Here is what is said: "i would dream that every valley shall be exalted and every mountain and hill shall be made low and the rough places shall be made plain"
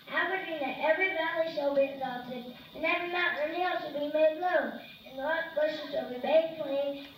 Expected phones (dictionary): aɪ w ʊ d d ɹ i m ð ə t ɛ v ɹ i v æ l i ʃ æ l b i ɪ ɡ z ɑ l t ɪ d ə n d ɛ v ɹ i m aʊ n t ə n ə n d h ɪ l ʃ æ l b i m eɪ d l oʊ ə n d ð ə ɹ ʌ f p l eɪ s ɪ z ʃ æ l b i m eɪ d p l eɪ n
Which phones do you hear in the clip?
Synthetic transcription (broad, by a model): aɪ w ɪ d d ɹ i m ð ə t ɛ v ɹ i v æ l i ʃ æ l b i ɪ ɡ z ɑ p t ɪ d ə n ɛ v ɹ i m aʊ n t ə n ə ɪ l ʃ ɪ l b i m eɪ d l oʊ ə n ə l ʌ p eɪ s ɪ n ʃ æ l b i m eɪ d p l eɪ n